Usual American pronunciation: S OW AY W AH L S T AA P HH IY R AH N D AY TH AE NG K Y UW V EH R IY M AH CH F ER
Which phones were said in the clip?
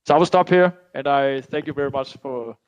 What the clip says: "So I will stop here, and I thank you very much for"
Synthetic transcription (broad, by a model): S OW AY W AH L S T AA P HH IY R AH N AY TH AE NG K Y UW V EH R IY M AH CH F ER